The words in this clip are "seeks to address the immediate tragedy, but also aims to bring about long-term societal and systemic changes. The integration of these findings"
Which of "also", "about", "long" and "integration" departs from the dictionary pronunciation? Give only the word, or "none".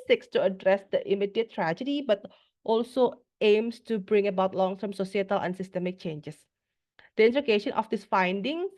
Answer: integration